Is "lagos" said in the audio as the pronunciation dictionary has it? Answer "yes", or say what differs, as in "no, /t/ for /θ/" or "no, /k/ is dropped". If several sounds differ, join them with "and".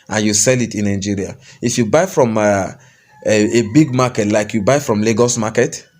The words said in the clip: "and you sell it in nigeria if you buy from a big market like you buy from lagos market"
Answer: yes